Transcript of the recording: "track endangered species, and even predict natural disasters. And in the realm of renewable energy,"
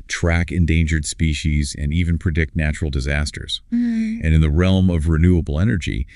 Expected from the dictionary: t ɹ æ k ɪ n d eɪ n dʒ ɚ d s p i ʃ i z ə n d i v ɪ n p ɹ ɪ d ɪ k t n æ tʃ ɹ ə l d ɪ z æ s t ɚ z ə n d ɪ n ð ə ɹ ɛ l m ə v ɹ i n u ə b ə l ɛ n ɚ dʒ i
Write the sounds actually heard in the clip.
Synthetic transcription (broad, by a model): t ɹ æ k ɪ n d eɪ n dʒ ɚ d s p i ʃ i z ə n i v ɪ n p ɹ ɪ d ɪ k t n æ tʃ ɹ l d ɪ z æ s t ɚ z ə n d ɪ n ð ə ɹ ɛ l m ə v ɹ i n u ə b l ɛ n ɚ dʒ i